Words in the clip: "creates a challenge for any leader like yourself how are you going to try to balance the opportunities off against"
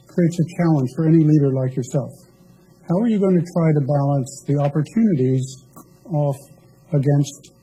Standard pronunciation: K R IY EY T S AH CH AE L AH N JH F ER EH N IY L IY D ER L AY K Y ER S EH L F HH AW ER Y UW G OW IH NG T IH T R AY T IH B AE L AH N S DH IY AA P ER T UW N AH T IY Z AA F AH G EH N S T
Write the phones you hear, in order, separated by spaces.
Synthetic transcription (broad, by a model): K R IY EY T S AH CH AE L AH N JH F ER EH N IY L IY D ER L AY K Y ER S EH L F HH AW ER Y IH G OW IH NG T IH T R AY T IH B AE L AH N S DH IY AA P ER T UW N AH T IY Z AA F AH G EH N S T